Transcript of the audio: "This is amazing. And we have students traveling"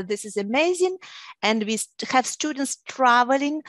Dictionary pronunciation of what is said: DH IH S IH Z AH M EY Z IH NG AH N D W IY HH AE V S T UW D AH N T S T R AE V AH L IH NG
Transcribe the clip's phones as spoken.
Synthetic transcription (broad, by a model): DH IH S IH Z AH M EY Z IH NG AH N D W IY HH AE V S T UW D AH N T S T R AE V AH L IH NG